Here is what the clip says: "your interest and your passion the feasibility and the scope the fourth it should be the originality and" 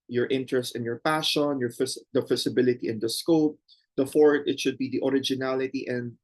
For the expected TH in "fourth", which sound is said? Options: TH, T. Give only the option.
T